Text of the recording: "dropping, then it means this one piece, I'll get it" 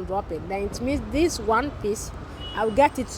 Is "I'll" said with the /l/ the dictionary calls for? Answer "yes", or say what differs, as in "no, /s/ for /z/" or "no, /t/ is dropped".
no, /w/ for /l/